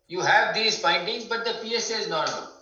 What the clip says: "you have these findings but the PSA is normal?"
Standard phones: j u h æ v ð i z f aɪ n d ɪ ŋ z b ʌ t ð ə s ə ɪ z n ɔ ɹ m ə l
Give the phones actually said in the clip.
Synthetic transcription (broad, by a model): j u h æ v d i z p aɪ n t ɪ ŋ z b ʌ t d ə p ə ɪ z n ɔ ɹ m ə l